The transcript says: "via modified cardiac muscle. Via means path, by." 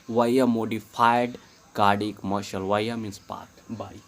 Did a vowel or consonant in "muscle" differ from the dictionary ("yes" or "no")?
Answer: yes